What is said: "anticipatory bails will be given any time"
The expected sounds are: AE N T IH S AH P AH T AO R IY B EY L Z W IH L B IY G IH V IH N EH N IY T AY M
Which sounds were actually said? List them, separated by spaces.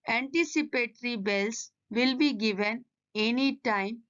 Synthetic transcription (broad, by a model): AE N T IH S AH P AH T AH R IY B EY L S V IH L B IY G IH V IH N EH N IY T AY M